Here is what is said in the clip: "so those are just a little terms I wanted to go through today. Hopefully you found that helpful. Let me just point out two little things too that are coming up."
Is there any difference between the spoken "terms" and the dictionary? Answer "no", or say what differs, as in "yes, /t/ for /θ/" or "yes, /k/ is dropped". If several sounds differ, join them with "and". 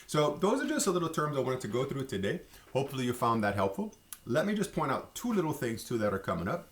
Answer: no